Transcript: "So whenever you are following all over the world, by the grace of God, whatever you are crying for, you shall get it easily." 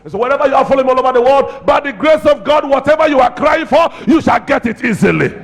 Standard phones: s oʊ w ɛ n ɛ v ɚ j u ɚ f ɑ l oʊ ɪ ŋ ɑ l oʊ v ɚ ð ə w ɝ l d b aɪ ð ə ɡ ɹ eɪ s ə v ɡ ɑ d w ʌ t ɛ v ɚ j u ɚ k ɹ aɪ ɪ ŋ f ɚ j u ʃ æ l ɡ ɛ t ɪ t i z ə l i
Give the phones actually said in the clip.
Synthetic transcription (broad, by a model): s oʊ w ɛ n ɛ v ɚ j u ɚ f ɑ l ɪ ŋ ɑ l oʊ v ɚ ð ə w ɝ l d b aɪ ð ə ɡ ɹ eɪ s ə v ɡ ɑ d w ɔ t ɛ v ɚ j u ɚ k ɹ aɪ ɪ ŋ f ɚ j u ʃ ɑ l ɡ ɛ t ɪ t i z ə l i